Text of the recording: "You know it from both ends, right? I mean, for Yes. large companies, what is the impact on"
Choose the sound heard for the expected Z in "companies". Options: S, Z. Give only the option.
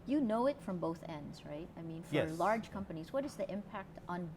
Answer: Z